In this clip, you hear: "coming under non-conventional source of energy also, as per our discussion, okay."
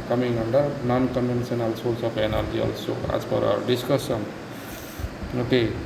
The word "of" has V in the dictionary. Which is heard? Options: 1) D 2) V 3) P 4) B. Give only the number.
3